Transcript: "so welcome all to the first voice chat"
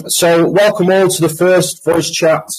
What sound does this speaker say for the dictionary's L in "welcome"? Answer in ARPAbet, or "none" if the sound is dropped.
L